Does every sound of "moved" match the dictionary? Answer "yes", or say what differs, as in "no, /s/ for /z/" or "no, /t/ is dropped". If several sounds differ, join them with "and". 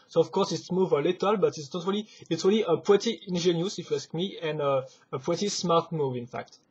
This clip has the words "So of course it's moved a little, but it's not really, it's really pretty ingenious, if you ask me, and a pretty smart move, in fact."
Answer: no, /d/ is dropped